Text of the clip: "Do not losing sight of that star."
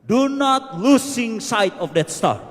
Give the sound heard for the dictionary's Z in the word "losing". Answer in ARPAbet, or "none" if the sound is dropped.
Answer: S